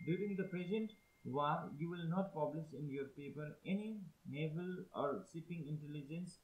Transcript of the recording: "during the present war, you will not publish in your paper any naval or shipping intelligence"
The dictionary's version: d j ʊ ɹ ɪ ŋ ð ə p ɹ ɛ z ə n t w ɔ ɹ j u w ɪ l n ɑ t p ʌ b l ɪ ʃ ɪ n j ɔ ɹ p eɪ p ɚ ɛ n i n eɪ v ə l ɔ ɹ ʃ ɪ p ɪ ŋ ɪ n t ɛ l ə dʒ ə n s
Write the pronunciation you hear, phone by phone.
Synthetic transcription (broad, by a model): d j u ɹ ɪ ŋ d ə p ɹ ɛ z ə n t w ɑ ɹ j u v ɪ l n ɑ t p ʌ b l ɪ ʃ ɪ n j ɔ ɹ p eɪ p ɚ ɛ n i n eɪ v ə l ɔ ɹ s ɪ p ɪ ŋ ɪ n t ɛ l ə dʒ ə n s